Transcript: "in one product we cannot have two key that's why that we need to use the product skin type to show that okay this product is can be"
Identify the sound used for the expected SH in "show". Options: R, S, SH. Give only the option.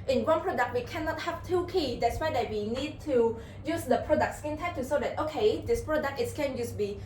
S